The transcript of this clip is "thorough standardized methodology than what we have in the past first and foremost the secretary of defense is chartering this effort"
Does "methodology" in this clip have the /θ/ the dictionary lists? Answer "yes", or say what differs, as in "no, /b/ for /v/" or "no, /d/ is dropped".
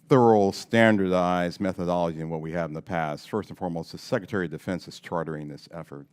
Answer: yes